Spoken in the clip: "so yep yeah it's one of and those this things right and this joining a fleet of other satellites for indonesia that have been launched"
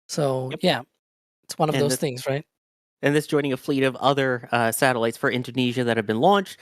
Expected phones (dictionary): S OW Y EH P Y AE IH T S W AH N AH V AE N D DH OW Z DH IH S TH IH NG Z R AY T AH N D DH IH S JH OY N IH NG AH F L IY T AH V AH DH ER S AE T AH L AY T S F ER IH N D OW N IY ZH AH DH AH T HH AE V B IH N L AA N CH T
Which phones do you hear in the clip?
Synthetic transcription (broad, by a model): S OW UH Y AE IH T S W AH N AH V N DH OW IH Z TH IH NG Z R AY T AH N DH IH S JH OY N IH NG AH F L IY T AH V AH DH ER S AE T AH L AY T S F ER IH N D OW N IY ZH AH DH AH T HH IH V B IH N L AA N CH T